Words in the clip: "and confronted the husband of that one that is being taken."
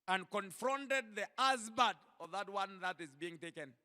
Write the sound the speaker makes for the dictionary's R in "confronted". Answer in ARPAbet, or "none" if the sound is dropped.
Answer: R